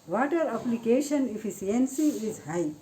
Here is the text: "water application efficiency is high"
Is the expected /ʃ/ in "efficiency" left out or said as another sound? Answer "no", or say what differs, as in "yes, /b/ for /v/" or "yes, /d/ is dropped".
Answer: yes, /s/ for /ʃ/